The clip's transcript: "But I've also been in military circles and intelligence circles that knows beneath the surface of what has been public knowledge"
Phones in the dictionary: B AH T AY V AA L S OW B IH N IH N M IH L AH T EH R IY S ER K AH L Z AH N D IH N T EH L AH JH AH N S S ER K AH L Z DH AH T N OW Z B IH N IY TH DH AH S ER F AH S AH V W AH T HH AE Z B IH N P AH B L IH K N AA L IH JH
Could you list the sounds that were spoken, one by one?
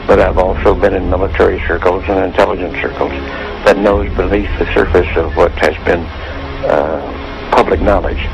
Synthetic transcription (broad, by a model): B AH T AY V AA L S OW B IH N IH N M IH L AH T EH R IY S ER K L Z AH N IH N T EH L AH JH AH N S S ER K L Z DH AH T N OW Z B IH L IY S DH AH S ER F AH S AH V W AH T HH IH Z B IH N P AH B L IH K N AA L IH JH